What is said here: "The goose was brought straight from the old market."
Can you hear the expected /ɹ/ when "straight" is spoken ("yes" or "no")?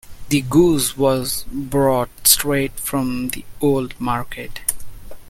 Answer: yes